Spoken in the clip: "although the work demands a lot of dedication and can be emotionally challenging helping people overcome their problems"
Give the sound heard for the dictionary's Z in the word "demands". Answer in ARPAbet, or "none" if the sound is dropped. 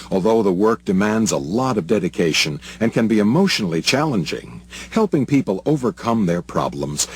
Z